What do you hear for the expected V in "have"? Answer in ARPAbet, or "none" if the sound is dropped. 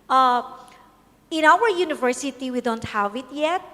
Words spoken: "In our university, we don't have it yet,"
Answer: V